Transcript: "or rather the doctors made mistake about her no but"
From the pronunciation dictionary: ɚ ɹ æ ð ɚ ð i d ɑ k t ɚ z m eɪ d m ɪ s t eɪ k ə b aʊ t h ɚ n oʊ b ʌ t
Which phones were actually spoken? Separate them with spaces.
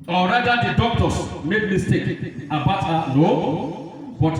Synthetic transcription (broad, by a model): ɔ ɹ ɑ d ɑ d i d ɑ k t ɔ s m eɪ d m ɪ s t eɪ k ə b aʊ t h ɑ n oʊ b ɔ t